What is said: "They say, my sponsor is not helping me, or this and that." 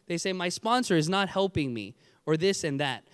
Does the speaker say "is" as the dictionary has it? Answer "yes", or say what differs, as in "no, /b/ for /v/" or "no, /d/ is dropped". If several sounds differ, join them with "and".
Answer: yes